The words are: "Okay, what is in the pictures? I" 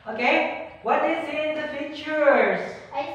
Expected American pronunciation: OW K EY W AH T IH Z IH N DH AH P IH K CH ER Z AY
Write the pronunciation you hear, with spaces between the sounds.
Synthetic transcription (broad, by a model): OW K EY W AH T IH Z IH N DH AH F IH CH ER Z